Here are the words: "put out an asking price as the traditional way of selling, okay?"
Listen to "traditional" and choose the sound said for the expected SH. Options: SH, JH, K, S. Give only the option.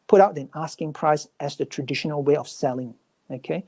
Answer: SH